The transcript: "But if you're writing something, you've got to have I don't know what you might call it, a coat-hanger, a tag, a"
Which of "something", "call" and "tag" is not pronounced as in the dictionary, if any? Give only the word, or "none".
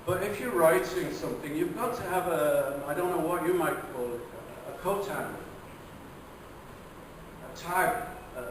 tag